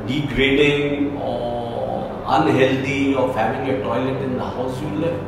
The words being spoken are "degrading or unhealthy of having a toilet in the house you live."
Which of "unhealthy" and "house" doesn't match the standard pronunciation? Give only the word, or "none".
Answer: unhealthy